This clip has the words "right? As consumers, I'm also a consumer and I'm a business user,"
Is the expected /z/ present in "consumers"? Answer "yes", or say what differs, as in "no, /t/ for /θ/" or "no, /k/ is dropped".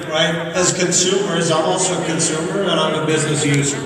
yes